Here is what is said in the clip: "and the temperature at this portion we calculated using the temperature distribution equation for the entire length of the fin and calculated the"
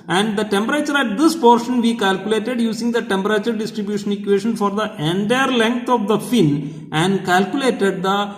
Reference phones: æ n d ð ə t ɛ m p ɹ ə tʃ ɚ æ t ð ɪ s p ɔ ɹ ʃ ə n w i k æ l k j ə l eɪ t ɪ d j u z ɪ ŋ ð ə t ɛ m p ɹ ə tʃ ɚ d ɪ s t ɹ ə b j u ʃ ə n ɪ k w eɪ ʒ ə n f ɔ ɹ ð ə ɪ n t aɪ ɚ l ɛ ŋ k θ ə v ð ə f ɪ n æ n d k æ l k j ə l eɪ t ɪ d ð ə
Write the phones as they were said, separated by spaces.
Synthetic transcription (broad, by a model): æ n d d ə t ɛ m p ɹ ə tʃ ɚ æ t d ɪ s p ɔ ɹ ʃ ə n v i k æ l k j ə l eɪ t ɪ d j u s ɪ ŋ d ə t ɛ m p ɹ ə tʃ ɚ d ɪ s t ɹ ə b j u ʃ ə n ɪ k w eɪ ʃ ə n f ɔ ɹ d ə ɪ n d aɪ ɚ l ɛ ŋ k t ə v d ə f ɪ n æ n d k æ l k j ə l eɪ t ɪ d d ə